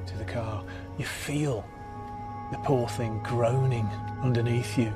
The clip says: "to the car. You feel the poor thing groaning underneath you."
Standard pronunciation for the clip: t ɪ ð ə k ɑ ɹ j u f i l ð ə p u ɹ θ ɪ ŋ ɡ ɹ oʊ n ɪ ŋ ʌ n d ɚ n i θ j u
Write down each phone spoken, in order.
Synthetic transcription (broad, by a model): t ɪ ð ə k ɑ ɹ j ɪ f i l ð ə p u ɹ θ ɪ ŋ ɡ ɹ oʊ n ɪ ŋ ʌ n d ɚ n i θ j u